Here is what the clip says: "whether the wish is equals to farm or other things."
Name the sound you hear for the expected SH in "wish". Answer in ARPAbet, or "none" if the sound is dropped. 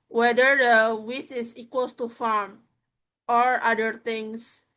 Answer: S